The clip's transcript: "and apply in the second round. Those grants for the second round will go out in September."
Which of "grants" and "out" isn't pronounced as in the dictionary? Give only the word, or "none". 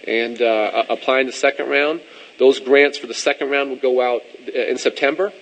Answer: none